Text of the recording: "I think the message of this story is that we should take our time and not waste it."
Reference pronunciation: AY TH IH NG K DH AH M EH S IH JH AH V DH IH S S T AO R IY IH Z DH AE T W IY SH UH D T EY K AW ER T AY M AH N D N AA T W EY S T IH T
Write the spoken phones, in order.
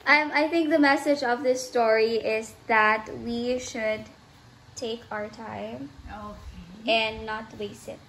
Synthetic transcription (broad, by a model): AY TH IH NG K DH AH M EH S IH JH AH V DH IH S S T AO R IY IH Z DH AE T W IY SH UH D T EY K AW ER T AY M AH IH N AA T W EY S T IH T